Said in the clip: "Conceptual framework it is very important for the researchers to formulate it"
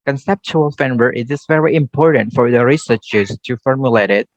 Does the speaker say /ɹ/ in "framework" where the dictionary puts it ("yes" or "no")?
no